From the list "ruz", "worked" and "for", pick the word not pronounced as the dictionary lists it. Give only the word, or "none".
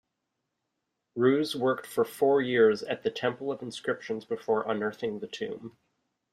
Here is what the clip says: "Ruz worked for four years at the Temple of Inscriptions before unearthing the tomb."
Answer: none